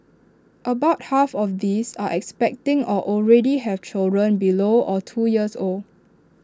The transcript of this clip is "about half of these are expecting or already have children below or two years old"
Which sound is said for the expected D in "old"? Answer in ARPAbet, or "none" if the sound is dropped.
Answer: none